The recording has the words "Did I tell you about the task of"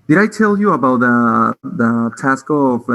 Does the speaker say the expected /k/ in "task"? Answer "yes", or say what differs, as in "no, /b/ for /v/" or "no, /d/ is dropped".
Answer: yes